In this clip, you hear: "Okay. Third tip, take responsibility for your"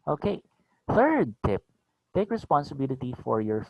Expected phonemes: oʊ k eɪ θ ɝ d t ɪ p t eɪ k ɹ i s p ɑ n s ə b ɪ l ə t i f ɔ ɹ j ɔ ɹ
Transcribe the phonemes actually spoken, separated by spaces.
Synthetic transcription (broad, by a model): oʊ k eɪ θ ɝ d t ɪ p t eɪ k ɹ i s p ɑ n s ə b ɪ l ə t i f ɔ ɹ j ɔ ɹ